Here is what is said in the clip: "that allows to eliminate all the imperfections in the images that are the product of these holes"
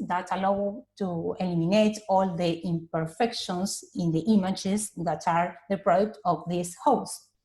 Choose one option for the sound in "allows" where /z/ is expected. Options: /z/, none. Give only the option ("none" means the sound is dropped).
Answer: none